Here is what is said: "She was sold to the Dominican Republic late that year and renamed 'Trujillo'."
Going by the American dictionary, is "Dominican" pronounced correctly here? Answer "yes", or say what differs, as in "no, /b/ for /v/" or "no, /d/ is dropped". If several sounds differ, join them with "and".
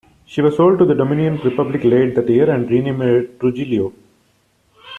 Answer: no, /k/ is dropped